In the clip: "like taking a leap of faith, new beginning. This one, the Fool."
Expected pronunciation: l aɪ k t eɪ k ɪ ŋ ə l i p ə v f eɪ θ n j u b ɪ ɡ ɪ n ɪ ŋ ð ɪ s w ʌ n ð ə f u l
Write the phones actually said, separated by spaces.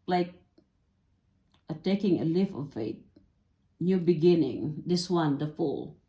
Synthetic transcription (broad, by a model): l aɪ k t eɪ k ɪ ŋ ə l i f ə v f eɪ t n j u b ɪ ɡ ɪ n ɪ ŋ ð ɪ s w ʌ n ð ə f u l